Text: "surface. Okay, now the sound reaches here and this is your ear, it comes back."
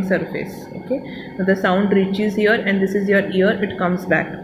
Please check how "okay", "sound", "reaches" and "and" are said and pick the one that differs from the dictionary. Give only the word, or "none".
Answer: none